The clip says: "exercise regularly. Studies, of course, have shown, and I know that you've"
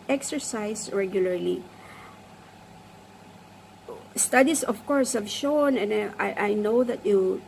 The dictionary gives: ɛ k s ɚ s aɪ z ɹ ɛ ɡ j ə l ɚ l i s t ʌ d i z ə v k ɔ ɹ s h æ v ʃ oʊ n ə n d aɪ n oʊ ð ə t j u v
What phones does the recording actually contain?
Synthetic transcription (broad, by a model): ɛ k s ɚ s aɪ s ɹ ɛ ɡ j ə l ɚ l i s t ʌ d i s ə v k ɔ ɹ s h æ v ʃ oʊ n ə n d aɪ n oʊ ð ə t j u